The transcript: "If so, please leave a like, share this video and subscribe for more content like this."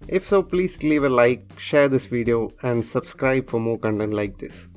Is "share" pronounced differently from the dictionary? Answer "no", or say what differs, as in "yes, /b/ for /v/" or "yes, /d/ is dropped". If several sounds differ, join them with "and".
no